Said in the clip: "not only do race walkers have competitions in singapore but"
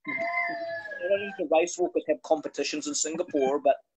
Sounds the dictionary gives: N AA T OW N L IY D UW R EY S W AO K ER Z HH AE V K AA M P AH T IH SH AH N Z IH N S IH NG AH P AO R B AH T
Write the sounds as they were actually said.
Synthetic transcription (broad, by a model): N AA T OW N IY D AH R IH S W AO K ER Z HH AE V K AA M P AH T IH SH AH N Z IH N S IH NG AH P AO R B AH T